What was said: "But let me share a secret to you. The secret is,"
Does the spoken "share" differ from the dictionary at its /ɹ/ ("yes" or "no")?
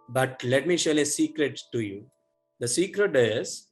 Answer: yes